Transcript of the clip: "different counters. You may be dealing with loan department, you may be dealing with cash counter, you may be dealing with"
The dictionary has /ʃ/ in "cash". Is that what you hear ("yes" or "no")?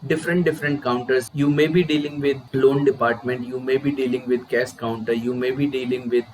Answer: no